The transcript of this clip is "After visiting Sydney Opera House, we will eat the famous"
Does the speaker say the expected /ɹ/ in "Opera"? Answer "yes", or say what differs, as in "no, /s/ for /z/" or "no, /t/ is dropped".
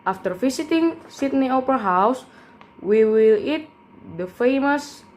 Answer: no, /ɹ/ is dropped